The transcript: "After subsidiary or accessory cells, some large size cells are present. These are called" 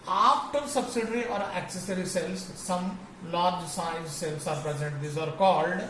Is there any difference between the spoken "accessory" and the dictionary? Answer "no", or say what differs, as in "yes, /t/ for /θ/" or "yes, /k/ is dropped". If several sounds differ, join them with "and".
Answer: no